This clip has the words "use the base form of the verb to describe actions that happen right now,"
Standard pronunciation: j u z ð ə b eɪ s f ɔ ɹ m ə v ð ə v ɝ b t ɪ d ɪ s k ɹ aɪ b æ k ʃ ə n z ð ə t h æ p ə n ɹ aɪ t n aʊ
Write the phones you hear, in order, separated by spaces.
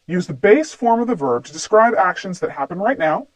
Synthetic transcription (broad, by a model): j u z ð ə b eɪ s f ɔ ɹ m ə v ð ə v ɝ b t ɪ d ɪ s k ɹ aɪ b æ k ʃ ə n z ð ə t h æ p ə n ɹ aɪ t n aʊ